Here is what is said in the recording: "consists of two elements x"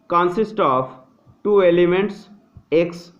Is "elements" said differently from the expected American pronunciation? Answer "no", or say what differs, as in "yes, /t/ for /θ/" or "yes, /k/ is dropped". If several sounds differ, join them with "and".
no